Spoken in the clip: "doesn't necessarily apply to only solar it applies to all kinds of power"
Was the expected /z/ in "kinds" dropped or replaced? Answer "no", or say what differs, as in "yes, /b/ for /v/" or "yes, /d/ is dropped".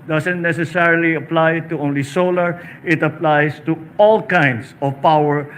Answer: yes, /s/ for /z/